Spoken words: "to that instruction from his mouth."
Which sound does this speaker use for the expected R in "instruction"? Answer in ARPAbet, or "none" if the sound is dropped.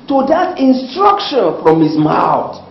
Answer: R